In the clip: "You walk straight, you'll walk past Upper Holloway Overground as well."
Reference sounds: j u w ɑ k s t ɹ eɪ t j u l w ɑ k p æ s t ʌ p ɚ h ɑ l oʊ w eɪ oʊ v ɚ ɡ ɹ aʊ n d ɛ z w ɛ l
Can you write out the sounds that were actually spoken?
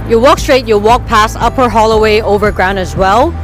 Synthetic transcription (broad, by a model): j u w ɑ k s t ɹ eɪ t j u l w ɑ k p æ s ʌ p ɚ h ɑ l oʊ w eɪ oʊ v ɚ ɡ ɹ aʊ n d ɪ z w ɛ l